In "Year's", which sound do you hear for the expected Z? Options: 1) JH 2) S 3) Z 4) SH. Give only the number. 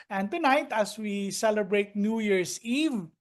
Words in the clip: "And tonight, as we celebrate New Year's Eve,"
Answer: 2